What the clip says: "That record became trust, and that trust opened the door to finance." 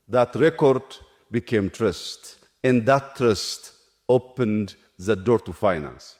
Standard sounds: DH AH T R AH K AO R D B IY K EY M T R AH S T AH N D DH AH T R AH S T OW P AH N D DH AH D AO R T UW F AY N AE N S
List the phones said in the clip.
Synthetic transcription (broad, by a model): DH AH T R AH K AO R D B IY K EY M T R AH S T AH N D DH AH T R AH S T OW P AH N D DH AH D AO R T UW F AY N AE N S